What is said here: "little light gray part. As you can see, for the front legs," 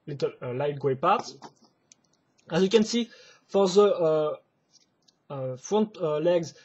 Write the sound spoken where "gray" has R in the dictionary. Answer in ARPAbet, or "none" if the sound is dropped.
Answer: W